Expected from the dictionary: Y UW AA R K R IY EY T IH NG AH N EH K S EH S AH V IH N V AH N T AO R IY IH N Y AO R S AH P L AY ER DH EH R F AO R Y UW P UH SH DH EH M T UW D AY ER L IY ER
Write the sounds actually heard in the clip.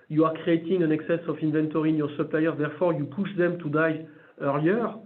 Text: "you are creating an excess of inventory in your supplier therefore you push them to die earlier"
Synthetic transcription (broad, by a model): Y UW AA R K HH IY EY T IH NG AH N EH K S EH S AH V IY N V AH N T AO R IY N Y AO R S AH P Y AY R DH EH R F AO R Y UW P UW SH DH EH M T UW D AY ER L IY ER